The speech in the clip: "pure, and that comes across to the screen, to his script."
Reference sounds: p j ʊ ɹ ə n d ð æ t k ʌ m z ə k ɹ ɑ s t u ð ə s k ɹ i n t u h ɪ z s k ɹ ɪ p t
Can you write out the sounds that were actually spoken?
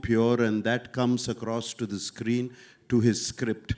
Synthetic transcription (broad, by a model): p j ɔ ɹ ə n d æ t k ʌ m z ə k ɹ ɑ s t u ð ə s k ɹ i n t u h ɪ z s k ɹ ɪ p t